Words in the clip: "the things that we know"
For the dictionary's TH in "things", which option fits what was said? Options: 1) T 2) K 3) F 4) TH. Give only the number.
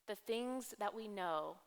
4